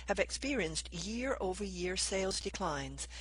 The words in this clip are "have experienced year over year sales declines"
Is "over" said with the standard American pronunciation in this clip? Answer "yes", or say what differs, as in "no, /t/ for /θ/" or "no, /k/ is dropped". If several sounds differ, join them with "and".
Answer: yes